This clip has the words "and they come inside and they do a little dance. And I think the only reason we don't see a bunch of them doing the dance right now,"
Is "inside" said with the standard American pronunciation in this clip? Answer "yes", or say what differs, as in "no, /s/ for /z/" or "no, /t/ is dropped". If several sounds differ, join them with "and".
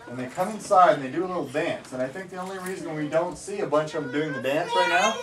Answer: yes